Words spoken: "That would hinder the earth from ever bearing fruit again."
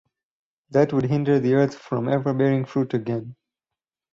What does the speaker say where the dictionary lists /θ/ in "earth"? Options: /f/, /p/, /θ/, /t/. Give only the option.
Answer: /t/